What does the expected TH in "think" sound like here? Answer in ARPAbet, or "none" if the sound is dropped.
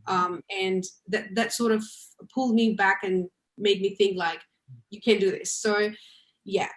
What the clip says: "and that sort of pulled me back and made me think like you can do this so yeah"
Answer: TH